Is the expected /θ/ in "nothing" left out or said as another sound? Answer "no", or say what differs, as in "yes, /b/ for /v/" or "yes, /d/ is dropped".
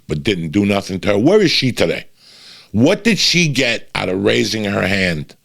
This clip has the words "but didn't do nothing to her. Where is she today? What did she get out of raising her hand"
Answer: no